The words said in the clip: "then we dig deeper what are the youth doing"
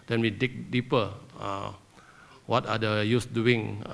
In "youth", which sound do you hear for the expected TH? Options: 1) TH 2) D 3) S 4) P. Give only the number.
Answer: 3